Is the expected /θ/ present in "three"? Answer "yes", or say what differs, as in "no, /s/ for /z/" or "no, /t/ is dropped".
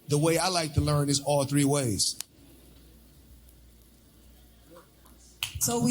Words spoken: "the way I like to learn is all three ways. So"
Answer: yes